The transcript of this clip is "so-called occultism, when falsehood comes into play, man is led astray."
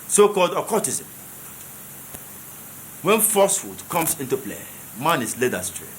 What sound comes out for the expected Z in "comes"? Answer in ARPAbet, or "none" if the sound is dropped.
S